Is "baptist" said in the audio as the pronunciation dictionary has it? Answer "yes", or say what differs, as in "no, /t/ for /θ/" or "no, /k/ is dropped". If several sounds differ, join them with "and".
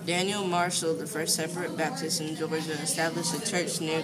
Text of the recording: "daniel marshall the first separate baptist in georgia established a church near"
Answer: yes